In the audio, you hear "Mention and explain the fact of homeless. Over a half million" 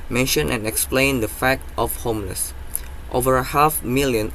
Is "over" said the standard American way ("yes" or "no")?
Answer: yes